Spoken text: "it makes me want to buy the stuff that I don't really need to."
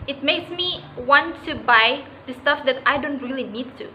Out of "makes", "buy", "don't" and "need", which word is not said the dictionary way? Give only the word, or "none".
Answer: none